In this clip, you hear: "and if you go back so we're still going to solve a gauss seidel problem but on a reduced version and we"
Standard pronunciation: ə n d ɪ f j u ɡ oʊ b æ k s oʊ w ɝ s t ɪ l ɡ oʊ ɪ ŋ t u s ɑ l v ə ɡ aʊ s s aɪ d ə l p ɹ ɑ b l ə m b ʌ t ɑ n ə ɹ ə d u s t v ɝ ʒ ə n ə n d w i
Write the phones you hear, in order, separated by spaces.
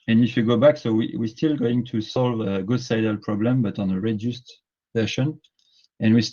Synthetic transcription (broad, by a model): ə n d ɪ f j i ɡ oʊ b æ k s oʊ w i s t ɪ l ɡ oʊ ɪ ŋ t u s ɑ l v ə ɡ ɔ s s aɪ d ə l p ɹ ɑ b l ə m b ʌ t ɑ n ə ɹ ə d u s t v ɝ ʃ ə n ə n w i